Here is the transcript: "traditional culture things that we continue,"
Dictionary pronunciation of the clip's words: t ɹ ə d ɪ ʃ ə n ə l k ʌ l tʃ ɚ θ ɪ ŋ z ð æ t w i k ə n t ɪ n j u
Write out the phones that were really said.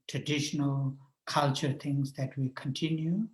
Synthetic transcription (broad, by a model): t ɹ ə d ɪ ʃ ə n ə l k ʌ l tʃ ɚ t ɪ ŋ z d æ t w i k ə n t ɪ n j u